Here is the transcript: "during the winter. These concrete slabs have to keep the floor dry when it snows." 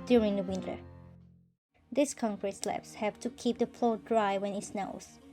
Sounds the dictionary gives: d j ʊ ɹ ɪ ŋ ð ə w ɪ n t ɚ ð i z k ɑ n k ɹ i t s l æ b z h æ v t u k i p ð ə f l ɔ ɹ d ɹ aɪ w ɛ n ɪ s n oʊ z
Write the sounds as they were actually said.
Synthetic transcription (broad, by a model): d j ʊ ɹ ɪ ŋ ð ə w ɪ n t ɚ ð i s k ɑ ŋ k ɹ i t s l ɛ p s h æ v t u k i p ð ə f l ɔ d ɹ aɪ w ɛ n ɪ s n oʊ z